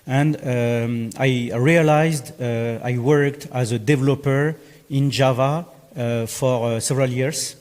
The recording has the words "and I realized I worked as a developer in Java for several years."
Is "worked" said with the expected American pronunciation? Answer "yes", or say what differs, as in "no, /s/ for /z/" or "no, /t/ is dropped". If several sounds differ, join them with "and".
yes